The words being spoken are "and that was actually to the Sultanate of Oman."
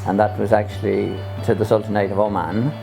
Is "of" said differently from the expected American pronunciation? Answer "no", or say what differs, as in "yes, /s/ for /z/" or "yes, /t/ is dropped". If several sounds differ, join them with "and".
no